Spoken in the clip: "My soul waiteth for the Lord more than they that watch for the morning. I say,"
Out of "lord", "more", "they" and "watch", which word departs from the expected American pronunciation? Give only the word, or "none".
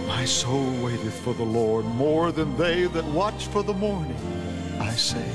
none